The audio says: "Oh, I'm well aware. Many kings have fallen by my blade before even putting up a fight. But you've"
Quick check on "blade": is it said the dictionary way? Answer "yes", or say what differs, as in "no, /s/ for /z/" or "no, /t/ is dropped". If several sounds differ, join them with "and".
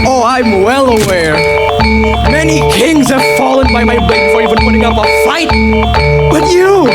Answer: no, /l/ is dropped